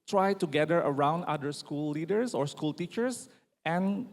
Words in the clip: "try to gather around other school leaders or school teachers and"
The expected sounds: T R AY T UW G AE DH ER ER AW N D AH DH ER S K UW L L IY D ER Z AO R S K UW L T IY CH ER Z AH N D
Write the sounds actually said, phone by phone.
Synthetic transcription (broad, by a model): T R AY T UW G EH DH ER ER AW N D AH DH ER S K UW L L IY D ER S AO R S K UW L T IY CH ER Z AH N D